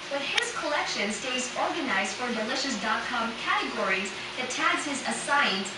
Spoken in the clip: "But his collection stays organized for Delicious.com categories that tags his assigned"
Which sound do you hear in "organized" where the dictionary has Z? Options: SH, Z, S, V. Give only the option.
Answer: Z